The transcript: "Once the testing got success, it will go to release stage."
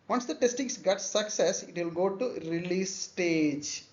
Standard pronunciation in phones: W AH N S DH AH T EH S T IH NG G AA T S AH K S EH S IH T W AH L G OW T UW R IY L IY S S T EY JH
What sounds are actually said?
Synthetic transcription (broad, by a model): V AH N S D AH T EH S T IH NG G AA T S AH K S EH S IH T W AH L G OW T UW R IY L IY S S T EY JH